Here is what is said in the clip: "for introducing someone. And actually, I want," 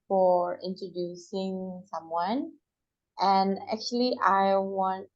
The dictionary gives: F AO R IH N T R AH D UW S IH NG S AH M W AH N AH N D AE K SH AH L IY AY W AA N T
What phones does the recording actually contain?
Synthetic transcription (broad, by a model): F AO R IH N T R AH D UW S IH NG S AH M W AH N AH N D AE K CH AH L IY AY W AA N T